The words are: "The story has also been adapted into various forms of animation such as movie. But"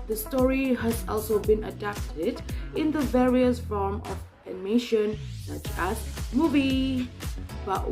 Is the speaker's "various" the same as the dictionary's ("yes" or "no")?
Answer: yes